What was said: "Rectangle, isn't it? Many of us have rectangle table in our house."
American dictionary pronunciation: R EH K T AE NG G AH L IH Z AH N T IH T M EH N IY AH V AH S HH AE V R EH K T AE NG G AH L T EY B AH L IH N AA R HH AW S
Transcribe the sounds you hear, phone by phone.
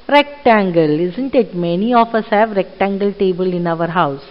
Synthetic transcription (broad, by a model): R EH K T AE NG G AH L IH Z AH N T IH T M EH N IY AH F AH S HH AE V R EH K T AE NG G AH L T EY B AH L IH N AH R HH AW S